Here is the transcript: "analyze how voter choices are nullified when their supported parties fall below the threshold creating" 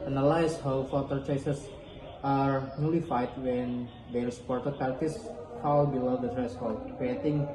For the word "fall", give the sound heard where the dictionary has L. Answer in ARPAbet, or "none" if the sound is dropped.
W